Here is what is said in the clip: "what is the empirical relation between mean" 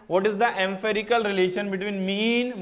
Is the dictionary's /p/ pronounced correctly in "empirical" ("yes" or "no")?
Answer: no